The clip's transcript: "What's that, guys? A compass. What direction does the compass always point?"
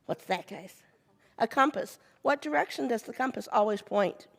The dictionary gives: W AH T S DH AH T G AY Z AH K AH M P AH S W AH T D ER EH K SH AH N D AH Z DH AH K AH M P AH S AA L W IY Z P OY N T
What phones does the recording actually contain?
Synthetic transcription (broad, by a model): W AH T S DH AH T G AY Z AH K AH M P AH S W AH T D ER EH K SH AH N D AH Z DH AH K AH M P AH S AA L W IY Z P OY N T